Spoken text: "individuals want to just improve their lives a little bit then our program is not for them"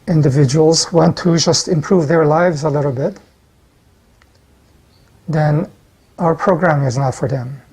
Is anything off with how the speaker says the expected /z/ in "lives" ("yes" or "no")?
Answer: no